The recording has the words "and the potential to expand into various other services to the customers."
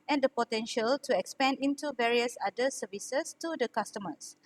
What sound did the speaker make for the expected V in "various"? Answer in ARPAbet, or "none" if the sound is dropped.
V